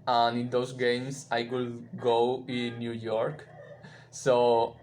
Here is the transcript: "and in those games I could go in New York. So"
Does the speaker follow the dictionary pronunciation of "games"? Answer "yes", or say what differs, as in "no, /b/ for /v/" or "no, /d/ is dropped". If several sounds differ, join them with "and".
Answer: no, /s/ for /z/